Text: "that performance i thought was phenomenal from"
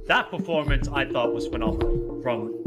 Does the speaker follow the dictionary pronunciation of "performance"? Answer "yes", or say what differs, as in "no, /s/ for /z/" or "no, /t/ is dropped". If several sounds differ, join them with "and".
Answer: yes